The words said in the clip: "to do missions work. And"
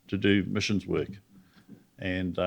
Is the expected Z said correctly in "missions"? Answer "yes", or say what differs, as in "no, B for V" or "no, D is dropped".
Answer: yes